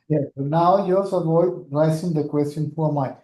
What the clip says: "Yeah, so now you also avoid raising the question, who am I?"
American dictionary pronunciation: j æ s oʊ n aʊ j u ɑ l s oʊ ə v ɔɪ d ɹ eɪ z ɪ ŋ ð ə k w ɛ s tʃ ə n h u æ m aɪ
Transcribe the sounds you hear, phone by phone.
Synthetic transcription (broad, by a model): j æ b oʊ n aʊ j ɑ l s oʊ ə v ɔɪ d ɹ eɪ s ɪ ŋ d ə k w ɛ s tʃ ə n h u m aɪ